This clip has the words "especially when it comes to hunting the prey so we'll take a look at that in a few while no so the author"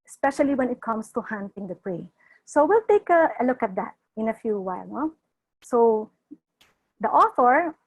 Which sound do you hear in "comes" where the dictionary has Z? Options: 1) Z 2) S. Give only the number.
2